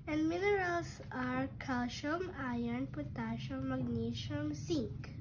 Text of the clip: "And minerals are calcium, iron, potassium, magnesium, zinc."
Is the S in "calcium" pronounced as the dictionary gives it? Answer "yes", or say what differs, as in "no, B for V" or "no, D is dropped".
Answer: no, SH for S